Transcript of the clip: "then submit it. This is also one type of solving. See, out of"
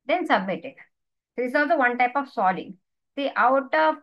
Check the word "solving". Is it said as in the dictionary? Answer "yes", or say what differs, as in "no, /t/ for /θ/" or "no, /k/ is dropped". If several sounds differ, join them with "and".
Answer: no, /v/ is dropped